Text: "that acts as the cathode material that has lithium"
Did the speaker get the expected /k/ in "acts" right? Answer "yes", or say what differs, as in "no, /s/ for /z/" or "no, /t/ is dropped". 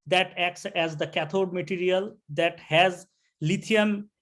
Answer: yes